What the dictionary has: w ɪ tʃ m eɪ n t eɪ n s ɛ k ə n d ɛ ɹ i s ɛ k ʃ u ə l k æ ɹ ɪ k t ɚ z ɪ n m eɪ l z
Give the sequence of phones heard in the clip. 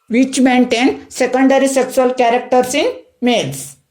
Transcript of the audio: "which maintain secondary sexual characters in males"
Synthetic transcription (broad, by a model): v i tʃ m eɪ n t eɪ n s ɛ k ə n d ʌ ɹ i s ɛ k s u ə l k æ ɹ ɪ k t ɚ s ɪ n m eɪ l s